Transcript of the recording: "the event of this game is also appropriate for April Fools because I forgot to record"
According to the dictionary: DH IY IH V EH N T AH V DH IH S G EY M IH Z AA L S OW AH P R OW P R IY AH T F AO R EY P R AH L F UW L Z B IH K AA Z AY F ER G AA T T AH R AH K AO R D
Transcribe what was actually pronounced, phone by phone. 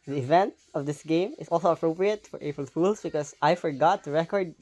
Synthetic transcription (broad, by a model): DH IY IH V EH N T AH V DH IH S G EY M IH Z AA L S OW AH P R OW P R IY AH T F AO R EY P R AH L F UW L S B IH K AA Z AY F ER G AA T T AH R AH K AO R D